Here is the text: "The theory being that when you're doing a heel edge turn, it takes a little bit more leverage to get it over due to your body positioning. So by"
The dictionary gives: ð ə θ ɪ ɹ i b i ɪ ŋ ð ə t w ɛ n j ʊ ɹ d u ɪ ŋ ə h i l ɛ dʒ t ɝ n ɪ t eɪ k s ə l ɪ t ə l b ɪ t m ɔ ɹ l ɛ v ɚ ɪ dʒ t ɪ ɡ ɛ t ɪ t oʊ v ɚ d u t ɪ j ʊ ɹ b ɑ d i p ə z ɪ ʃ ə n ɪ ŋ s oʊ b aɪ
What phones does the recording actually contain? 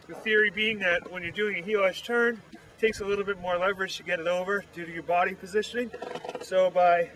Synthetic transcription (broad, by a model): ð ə θ ɪ ɹ i b i ɪ ŋ ð ə t w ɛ n j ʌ ɹ d u ɪ ŋ ə h i l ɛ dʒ t ɝ n t eɪ k s ə l ɪ t l b ɪ t m ɔ ɹ l ɛ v ɚ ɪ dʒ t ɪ ɡ ɛ t ɪ t oʊ v ɚ d u t ɪ j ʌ ɹ b ɑ d i p ə z ɪ ʃ ə n ɪ ŋ s oʊ b aɪ